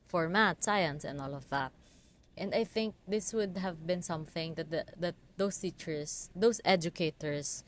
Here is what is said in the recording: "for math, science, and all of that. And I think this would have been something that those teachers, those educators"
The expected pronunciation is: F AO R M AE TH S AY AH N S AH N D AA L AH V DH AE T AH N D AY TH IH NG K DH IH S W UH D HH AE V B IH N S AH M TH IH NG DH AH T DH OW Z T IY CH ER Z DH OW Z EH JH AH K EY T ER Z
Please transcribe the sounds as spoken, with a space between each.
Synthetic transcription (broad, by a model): F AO R M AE T S AY AH N S AH N D AA L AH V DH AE T AH N D AY TH IH NG K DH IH S W UH D HH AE V B IH N S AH M TH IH NG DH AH T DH OW S T IY CH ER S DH OW S EH JH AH K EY T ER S